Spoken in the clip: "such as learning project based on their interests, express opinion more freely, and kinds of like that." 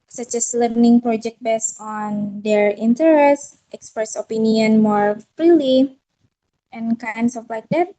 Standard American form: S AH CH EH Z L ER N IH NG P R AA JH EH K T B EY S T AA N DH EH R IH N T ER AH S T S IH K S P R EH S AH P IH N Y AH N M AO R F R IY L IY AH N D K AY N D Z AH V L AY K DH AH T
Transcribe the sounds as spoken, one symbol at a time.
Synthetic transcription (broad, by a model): S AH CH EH S L ER N IH NG P R AA JH EH K T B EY S AA N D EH R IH N T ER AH S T IH K S P R EH S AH P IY N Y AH N M AO R F R IY L IY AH N K AY N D S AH F L AY K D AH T